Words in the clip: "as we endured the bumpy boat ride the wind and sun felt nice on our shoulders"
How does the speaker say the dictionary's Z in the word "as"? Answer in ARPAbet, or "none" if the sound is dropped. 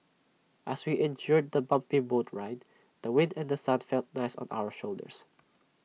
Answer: S